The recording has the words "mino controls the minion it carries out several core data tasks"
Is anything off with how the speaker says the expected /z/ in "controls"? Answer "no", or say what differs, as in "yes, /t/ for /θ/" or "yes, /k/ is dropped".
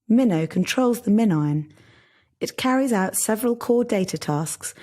no